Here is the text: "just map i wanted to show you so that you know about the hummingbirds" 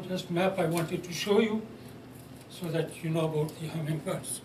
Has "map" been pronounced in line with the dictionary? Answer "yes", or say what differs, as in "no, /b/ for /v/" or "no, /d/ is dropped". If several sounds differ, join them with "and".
yes